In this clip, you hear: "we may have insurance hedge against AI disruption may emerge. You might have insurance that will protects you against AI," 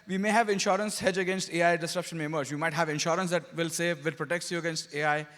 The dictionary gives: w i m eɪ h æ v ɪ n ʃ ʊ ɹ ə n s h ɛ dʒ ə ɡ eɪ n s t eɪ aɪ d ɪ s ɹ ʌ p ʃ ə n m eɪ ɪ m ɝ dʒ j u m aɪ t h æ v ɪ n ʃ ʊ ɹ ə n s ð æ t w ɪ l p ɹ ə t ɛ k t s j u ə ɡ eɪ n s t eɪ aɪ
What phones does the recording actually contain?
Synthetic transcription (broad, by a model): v i m eɪ h æ v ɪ n ʃ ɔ ɹ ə n s h ɛ dʒ ə ɡ eɪ n s t eɪ aɪ d ɪ s ɹ ʌ p ʃ ə n m eɪ m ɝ z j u m aɪ t h æ v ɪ n ʃ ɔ ɹ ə n s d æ t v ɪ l p ɹ ə t ɛ k t s j u ə ɡ eɪ n s t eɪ aɪ